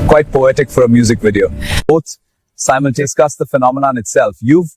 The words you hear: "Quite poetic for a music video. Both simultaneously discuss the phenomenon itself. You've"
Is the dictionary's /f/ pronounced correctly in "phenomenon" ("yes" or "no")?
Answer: yes